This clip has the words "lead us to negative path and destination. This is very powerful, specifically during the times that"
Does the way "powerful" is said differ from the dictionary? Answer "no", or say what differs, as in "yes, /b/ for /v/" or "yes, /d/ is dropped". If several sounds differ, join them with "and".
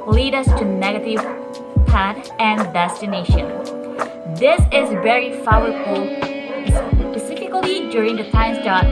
yes, /f/ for /p/